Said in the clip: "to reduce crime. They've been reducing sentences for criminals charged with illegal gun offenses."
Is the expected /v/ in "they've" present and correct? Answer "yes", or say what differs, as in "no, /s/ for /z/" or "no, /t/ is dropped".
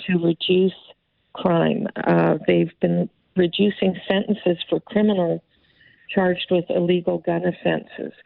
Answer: yes